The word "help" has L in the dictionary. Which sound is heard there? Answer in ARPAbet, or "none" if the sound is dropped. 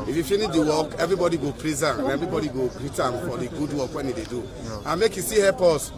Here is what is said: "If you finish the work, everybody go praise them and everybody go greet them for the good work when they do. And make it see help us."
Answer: none